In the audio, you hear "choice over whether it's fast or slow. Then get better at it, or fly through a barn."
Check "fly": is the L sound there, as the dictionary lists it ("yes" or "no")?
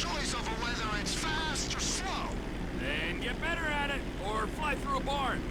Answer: yes